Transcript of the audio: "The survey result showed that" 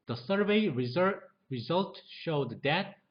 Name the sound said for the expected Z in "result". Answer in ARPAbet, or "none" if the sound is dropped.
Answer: Z